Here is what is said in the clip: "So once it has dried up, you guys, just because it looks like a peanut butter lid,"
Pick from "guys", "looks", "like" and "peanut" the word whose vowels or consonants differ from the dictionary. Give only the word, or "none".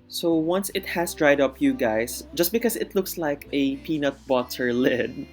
guys